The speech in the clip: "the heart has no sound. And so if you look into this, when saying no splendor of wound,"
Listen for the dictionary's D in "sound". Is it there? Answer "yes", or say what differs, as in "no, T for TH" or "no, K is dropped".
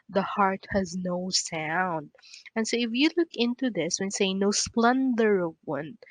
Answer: yes